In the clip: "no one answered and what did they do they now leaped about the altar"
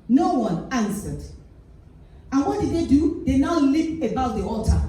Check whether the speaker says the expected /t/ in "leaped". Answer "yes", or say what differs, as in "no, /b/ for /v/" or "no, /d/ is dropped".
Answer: no, /t/ is dropped